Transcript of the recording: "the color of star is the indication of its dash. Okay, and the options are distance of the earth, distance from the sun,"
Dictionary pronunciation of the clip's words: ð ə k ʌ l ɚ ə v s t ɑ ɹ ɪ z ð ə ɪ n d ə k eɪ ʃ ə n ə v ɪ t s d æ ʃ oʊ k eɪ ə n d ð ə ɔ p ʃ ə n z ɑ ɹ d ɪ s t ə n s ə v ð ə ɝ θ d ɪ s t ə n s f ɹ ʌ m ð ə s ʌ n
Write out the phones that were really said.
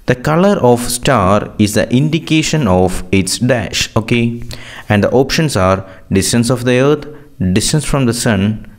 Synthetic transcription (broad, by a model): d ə k ʌ l ɚ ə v s t ɑ ɹ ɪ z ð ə ɪ n d ə k eɪ ʃ ə n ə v ɪ t s d æ ʃ oʊ k eɪ ə n d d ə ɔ p ʃ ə n s ɑ ɹ d ɪ s t ə n s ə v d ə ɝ t d ɪ s t ə n s f ɹ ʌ m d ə s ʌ n